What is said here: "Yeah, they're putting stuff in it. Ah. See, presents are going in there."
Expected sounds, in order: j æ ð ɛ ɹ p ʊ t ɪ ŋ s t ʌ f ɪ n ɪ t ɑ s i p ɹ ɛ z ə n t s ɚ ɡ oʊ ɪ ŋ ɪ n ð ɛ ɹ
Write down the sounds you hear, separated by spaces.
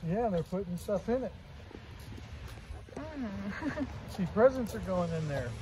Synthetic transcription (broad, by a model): j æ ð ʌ ɹ p ʊ t ɪ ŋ s t ʌ f ɪ n ɪ t s i p ɹ ɛ z ə n t s ɚ ɡ oʊ ɪ ŋ ɪ n ð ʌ ɹ